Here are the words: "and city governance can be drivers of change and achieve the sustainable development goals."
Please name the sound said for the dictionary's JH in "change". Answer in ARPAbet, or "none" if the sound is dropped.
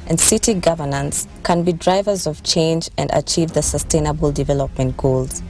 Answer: JH